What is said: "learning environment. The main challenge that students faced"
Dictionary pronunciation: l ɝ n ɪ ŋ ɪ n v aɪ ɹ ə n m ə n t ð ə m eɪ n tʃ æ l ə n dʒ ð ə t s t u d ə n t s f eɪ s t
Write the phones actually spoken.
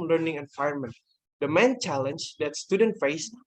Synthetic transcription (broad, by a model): l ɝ n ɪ ŋ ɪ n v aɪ ə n m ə n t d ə m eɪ n tʃ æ l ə n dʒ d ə t s t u d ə n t f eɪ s